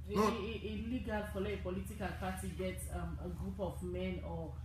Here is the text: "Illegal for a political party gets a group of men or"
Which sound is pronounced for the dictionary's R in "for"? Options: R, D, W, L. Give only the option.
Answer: L